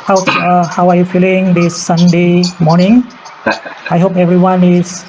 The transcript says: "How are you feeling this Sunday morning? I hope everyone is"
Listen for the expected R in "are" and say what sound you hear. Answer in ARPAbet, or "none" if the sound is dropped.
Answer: W